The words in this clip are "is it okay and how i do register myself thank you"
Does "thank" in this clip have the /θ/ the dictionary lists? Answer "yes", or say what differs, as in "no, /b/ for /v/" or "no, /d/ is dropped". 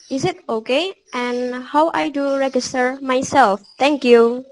no, /t/ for /θ/